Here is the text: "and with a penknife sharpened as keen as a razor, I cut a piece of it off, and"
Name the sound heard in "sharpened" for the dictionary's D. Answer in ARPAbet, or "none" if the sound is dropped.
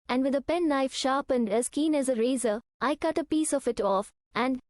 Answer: D